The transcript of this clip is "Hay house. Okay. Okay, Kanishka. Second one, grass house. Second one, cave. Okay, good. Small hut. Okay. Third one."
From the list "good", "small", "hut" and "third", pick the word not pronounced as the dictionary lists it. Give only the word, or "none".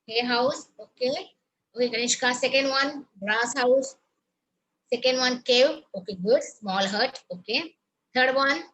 third